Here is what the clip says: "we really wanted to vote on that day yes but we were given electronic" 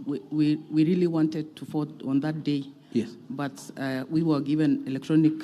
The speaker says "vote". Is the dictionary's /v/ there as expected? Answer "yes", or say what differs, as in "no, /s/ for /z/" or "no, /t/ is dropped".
no, /f/ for /v/